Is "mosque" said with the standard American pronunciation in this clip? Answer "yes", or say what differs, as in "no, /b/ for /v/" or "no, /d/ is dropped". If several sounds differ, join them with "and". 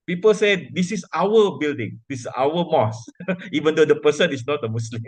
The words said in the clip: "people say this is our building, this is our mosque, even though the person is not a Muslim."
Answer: no, /k/ is dropped